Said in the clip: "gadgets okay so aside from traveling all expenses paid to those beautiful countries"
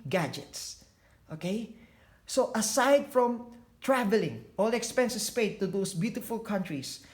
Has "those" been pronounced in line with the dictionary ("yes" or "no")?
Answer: no